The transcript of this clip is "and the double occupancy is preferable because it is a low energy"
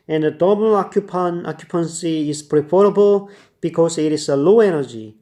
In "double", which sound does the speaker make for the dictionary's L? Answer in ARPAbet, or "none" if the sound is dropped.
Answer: N